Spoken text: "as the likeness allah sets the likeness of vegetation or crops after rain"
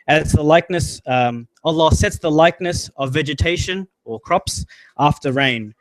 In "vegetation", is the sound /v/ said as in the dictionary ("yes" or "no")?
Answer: yes